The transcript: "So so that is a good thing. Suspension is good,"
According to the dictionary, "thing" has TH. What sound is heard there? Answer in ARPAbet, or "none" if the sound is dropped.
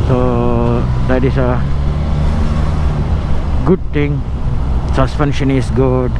T